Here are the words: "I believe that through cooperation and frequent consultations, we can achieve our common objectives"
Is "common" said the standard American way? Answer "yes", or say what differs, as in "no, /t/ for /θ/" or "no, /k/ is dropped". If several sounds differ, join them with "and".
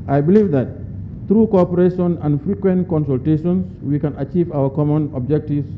yes